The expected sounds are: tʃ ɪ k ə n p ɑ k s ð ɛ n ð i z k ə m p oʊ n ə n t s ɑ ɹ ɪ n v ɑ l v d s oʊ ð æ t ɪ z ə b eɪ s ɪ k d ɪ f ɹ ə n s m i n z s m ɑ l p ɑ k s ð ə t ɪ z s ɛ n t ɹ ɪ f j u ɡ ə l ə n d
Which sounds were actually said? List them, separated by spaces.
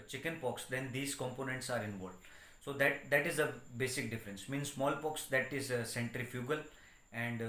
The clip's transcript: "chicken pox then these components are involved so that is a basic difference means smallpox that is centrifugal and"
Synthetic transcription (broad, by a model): tʃ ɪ k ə n p ɑ k s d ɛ n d i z k ə m p oʊ n ə n t s ɑ ɹ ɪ n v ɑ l d s oʊ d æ t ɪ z ə b eɪ s ɪ k d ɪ f ɹ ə n s m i n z s m ɑ l p ɑ k s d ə t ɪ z s ɛ n t ɹ ɪ f j u ɡ ə l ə n d